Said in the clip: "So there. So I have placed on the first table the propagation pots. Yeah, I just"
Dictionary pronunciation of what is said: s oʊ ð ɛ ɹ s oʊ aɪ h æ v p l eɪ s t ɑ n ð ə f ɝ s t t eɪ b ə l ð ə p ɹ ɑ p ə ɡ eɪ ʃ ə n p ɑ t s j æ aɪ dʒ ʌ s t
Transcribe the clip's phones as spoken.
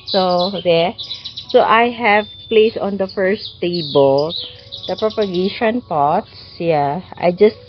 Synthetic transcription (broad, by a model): s oʊ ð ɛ s oʊ aɪ h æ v p l eɪ s ɑ n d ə f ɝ s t t eɪ b ə l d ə p ɹ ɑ p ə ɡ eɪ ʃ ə n p ɑ t s j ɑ aɪ dʒ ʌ s t